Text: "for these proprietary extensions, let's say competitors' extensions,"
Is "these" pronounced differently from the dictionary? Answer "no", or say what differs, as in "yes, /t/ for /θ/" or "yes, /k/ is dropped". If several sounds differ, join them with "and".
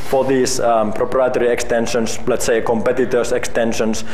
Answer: yes, /s/ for /z/